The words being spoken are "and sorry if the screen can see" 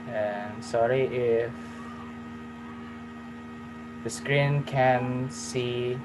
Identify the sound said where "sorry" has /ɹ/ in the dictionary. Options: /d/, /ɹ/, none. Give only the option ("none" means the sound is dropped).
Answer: /ɹ/